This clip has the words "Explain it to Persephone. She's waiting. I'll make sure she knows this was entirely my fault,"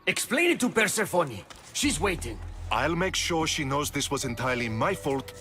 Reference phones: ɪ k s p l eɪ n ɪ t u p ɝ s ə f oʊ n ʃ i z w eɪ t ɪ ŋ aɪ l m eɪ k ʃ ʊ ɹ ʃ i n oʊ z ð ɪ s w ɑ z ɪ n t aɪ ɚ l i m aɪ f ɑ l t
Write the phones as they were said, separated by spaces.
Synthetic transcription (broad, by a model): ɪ k s p l eɪ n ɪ t u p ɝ s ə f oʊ n ʃ i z w eɪ t ɪ ŋ aɪ l m eɪ k ʃ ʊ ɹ ʃ i n oʊ z ð ɪ s w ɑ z ɪ n t aɪ ɚ l i m aɪ f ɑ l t